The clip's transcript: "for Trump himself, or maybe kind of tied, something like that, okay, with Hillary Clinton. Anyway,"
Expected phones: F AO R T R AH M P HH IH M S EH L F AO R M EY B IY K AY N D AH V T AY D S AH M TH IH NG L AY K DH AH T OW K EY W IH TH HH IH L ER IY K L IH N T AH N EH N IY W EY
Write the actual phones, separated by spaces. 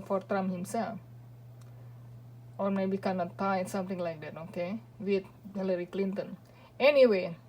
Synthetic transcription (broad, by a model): F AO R T R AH M HH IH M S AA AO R M EY B IY K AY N AH T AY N S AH M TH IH NG L AY K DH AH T OW K EY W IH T HH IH L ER IY K L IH N T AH N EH N IY W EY